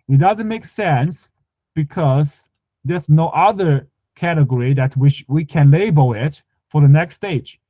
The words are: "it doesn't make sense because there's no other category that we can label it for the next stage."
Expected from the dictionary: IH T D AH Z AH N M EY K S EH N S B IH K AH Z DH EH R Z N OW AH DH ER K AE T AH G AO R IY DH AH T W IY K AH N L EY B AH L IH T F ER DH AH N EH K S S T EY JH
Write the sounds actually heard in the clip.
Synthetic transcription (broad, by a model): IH T D AH Z AH N M EY K S EH N S B IH K AH Z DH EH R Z N OW AH DH ER K AE T AH G AO R IY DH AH T W IY K AH N L EY B AH L IH T F ER DH AH N EH K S S T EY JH